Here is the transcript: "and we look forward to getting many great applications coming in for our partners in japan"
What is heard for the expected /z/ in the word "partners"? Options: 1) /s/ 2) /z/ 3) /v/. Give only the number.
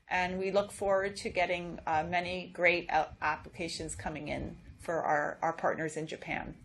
2